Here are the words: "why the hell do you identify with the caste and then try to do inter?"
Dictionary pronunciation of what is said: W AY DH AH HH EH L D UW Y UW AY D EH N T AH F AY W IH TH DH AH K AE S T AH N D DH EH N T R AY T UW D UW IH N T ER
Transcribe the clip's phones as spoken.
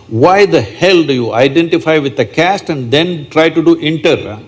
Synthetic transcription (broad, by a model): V AY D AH HH EH L D UW Y UW AY D EH N T AH F AY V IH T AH K AE S T AH N D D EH N T R AY T UW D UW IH N T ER